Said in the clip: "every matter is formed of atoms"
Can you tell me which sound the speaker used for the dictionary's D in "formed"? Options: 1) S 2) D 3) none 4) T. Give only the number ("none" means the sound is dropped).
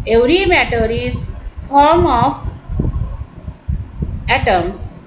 3